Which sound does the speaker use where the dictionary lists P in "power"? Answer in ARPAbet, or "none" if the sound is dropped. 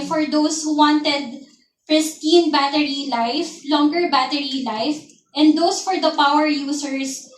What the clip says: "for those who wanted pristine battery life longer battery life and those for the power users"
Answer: P